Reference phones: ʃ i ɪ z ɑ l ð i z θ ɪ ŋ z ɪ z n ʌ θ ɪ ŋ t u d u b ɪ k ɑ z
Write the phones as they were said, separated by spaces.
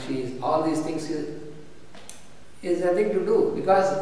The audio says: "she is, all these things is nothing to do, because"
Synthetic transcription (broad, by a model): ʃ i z ɑ l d i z t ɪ ŋ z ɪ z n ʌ t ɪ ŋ t u d u b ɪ k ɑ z